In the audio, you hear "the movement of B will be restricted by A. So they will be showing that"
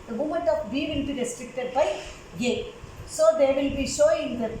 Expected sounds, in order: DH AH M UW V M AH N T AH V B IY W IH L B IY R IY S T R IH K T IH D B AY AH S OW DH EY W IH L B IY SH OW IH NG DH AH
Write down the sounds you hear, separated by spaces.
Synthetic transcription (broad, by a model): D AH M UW M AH N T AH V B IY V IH L B IY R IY S T R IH K T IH D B AY AH S OW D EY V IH L B IY SH OW IH NG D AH